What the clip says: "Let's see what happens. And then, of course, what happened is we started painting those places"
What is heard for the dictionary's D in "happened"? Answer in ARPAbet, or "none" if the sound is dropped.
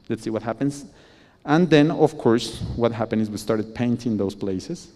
none